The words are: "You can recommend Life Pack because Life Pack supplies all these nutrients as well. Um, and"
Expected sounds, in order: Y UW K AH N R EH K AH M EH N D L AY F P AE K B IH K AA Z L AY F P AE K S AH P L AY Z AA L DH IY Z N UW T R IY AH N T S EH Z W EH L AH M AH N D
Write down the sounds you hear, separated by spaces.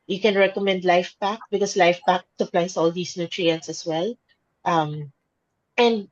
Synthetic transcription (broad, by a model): Y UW K AH N R EH K AH M EH N D L AY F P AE K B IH K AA S L AY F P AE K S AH P L AY S AA L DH IY S N UW T R IY AH N T S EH S W EH L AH M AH N D